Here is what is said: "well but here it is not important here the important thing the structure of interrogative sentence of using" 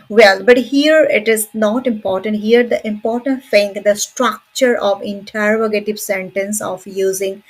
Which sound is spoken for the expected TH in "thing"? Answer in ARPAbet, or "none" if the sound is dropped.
F